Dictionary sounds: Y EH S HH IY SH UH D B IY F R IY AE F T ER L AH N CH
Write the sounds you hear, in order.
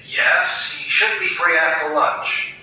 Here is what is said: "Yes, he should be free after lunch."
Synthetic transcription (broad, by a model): Y EH S HH IY SH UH D B IY F R IY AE T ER L AH N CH